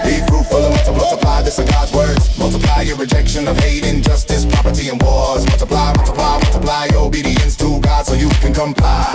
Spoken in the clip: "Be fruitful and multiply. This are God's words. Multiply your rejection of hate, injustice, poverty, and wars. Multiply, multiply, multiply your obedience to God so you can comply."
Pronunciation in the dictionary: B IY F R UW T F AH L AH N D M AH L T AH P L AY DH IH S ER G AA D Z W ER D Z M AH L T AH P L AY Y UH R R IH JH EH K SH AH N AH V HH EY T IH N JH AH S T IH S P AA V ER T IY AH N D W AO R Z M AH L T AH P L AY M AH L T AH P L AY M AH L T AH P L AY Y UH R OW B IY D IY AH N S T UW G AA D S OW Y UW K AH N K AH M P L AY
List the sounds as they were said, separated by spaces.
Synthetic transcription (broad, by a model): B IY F R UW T F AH L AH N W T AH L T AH P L AY DH IH S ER G AA D Z W ER D Z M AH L T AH P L AY Y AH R R IH JH EH K SH AH N AH V HH EY T IH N JH AH S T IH S P AA P ER T IY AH N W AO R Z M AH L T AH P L AY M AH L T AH P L AY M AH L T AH P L AY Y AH R OW B IY D IY AH N S T UW G AA D S OW Y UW K AH N K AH M P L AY